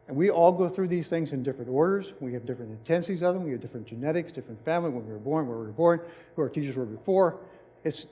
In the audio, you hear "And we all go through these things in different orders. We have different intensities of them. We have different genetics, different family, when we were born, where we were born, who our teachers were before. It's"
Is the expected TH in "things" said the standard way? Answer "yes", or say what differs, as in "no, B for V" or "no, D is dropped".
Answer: yes